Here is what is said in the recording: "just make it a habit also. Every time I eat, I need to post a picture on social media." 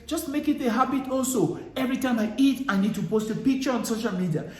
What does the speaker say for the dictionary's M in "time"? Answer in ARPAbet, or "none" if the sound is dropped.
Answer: M